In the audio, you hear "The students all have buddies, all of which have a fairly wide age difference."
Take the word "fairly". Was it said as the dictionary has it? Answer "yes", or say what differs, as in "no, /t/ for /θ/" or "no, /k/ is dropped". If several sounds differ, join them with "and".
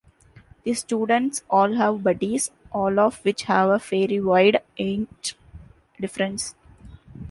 no, /l/ is dropped